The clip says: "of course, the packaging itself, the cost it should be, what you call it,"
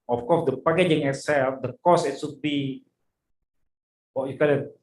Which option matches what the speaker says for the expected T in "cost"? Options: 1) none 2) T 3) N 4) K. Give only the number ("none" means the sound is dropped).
1